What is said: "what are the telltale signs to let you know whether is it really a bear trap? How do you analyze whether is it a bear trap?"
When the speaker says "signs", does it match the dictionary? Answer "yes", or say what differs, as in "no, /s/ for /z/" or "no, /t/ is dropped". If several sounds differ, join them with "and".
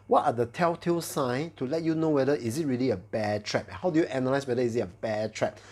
no, /z/ is dropped